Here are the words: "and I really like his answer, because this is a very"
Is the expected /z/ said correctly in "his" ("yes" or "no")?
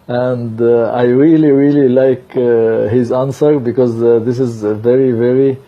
yes